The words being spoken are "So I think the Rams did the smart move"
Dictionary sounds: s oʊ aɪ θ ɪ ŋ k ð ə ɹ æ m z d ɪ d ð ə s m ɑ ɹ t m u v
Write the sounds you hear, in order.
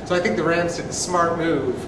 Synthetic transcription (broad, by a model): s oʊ aɪ θ ɪ ŋ k ð ə ɹ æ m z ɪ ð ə s m ɑ ɹ t m u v